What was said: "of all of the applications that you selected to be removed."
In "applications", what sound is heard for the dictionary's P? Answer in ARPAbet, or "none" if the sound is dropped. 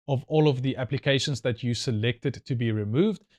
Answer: P